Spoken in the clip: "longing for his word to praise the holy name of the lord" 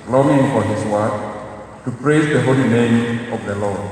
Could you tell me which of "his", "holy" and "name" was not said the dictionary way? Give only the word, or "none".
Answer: his